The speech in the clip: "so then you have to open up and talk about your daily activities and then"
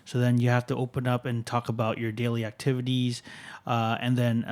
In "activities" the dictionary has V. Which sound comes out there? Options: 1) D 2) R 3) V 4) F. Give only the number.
3